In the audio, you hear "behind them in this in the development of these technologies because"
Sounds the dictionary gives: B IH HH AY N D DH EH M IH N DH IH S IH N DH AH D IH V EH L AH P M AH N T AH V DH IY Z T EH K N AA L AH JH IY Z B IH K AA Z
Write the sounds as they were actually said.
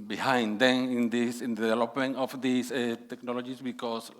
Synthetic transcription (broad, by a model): B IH HH AY N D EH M IH N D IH S IH N D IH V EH L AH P M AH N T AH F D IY S T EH K N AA L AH JH IY S B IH K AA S